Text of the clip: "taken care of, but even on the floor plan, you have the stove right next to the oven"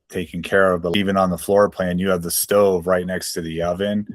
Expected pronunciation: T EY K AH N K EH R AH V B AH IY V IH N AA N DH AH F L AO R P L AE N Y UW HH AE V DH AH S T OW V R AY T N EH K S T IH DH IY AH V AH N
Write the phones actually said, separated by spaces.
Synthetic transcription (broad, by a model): T EY K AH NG K EH R AH V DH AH IY V IH N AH N DH AH F L AO R P L AE N Y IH V DH AH S T OW V R AY T N EH K S T IH DH IY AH V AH N